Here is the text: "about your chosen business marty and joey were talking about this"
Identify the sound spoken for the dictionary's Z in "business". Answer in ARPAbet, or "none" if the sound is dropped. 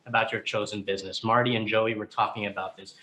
Z